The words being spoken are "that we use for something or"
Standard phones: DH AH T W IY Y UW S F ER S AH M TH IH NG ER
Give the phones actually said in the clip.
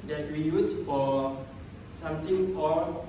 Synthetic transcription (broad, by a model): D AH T W IY Y UW S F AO S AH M T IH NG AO